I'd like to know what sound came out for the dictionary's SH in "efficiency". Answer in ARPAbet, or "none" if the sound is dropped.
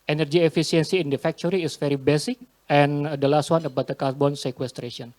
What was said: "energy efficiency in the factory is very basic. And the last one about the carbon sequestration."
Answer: S